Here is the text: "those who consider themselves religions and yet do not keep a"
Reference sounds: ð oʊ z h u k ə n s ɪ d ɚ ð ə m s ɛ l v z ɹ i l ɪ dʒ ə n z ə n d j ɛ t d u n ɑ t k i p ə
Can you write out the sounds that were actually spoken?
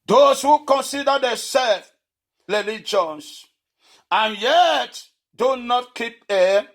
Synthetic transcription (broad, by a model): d oʊ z h u k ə n s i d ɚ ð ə s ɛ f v ɹ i l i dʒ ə n s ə n j ɛ t d u n ɑ t k i p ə